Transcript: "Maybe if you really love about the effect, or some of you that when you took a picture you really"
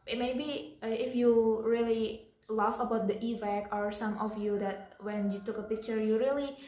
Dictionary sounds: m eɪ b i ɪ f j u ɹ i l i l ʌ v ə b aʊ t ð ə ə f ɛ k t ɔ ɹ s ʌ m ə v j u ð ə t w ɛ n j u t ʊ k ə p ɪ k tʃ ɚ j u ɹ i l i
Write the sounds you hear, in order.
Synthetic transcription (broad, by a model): m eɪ b i ɪ f j u ɹ i l i l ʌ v ə b aʊ t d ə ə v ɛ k ɔ ɹ s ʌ m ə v j u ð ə t w ɛ n j u t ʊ k ə p ɪ k tʃ ɚ j u ɹ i l i